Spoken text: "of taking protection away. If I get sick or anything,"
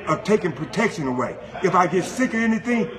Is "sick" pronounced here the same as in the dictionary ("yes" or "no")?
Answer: yes